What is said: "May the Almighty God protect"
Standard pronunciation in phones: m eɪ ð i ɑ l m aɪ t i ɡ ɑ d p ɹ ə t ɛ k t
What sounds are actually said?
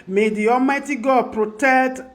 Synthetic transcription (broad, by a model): m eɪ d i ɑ m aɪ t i ɡ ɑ p ɹ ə t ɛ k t